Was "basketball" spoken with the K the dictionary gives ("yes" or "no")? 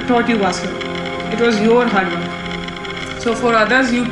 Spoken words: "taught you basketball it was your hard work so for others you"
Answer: no